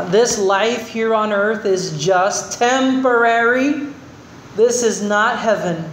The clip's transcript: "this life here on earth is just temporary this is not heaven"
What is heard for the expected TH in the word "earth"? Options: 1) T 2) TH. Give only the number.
2